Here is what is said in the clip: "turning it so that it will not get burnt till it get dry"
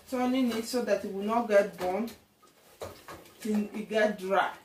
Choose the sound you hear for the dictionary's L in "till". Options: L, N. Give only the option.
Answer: N